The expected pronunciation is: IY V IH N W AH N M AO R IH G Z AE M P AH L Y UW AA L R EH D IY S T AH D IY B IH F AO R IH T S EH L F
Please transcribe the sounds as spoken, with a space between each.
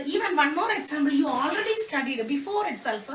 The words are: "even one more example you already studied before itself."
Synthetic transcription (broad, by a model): IY V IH N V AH N M AO R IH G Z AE M B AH L Y UW AA L R EH D IY S T AH D IY B IH F AO R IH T S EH L F